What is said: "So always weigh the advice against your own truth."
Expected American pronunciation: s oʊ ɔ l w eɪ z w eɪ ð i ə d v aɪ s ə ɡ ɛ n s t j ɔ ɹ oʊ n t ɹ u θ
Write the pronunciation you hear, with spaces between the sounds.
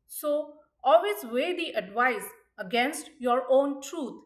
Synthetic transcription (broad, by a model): s oʊ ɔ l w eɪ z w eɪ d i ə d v aɪ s ə ɡ ɛ n s t j ɔ ɹ oʊ n t ɹ u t